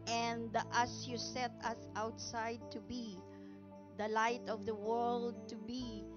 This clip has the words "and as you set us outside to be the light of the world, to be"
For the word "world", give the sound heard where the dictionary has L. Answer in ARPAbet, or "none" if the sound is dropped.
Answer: L